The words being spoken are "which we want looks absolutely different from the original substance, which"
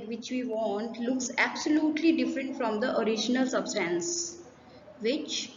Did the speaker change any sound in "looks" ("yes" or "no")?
no